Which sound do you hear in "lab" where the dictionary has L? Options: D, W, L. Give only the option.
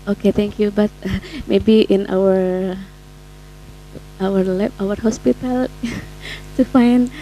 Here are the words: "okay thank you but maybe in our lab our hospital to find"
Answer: W